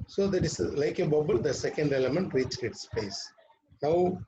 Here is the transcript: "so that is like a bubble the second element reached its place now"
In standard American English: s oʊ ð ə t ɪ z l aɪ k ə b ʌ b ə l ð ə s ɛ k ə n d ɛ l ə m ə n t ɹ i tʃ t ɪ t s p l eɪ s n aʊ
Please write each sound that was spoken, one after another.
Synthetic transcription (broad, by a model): s oʊ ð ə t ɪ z l aɪ k ə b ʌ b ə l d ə s ɛ k ə n d ɛ l ə m ə n t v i tʃ ɪ t s p l eɪ s n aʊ